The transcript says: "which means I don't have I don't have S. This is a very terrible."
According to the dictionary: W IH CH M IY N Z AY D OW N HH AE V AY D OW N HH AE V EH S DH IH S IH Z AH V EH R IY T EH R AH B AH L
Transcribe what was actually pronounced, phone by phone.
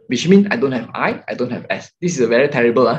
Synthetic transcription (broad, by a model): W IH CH M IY N AY D OW N HH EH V AY D OW N HH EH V EH S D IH S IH S AH V EH R IY T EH R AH B AH L